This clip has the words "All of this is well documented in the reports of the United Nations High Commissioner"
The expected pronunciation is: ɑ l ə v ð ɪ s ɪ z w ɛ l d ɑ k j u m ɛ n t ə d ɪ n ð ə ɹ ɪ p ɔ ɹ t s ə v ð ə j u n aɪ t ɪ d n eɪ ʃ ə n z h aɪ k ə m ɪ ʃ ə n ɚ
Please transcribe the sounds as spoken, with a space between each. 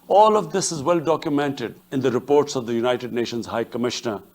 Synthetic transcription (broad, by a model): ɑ l ə v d ɪ s ɪ z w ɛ l d ɑ k j u m ɛ n t ə d ɪ n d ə ɹ ɪ p ɔ ɹ t s ə v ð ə j u n aɪ t ɪ d n eɪ ʃ ə n z h aɪ k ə m ɪ ʃ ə n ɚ